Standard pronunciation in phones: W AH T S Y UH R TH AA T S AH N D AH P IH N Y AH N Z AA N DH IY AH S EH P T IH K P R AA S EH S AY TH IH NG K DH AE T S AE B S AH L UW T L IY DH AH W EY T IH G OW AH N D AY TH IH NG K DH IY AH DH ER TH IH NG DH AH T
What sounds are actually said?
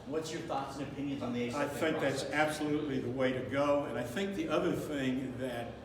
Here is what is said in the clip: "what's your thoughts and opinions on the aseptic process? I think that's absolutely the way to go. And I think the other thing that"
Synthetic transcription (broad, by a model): W AH T S Y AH R TH AA T S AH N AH P IH N Y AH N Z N DH IY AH AA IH TH IH NG K DH AE T S AE B S AH L UW T L IY DH AH W EY T IH G OW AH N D AY TH IH NG K DH IY AH DH ER TH IH NG DH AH T